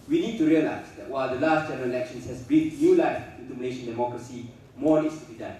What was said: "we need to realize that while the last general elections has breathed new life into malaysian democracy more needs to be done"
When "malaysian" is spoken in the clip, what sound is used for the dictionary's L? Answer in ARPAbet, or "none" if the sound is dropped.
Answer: N